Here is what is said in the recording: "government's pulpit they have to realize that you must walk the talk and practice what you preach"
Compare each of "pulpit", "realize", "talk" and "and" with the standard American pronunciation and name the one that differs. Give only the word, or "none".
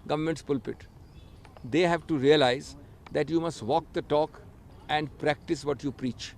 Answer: none